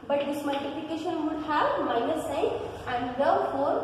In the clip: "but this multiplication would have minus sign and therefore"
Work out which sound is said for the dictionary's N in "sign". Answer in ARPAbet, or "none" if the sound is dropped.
none